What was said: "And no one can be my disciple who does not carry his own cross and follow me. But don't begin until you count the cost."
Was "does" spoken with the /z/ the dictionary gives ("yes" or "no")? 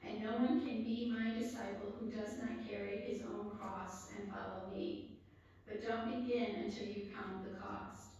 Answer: yes